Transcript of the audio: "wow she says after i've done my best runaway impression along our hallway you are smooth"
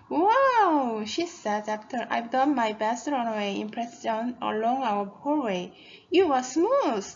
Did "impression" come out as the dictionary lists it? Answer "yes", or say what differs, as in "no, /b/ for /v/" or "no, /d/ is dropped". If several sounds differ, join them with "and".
no, /s/ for /ʃ/